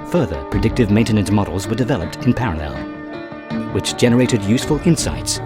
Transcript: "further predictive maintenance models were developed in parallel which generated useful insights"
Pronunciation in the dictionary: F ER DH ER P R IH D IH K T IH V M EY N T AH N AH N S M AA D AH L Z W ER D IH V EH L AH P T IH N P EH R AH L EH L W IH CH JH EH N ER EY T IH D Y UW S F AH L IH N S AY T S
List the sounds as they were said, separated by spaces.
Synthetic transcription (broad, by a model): F ER DH ER P R IH D IH K T IH V M EY N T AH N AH N M AA D L Z W ER D IH V EH L AH P T IH N P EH R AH L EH L W IH CH JH EH N ER EY T IH D Y UW S F AH L IH N S AY T S